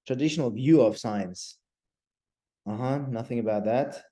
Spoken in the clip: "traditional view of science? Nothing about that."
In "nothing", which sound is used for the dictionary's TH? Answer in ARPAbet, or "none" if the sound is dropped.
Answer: TH